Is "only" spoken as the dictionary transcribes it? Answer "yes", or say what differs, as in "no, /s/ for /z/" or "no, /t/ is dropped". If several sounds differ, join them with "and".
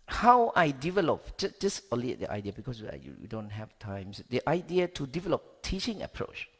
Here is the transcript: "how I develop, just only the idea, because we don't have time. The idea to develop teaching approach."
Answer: no, /n/ is dropped